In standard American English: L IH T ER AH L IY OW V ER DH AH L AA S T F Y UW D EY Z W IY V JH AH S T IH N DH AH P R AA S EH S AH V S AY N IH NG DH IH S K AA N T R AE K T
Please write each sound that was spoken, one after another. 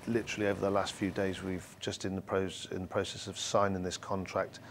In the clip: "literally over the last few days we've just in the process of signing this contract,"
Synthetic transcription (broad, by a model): L IH T ER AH L IY OW V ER DH AH L AA S T F Y UW D EY Z W IY V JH AH S T IH N DH AH P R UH S EH S AH V S AY N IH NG DH IH S K AA N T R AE K T